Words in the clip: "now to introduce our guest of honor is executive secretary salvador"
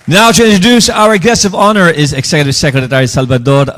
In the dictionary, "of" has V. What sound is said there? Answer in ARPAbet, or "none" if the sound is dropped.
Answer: V